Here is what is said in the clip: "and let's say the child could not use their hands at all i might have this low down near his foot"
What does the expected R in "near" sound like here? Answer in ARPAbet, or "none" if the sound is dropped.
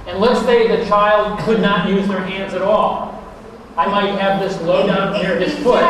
R